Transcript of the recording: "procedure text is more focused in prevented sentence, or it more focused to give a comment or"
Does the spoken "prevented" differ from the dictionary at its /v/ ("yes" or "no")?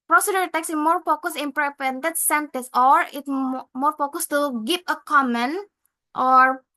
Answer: yes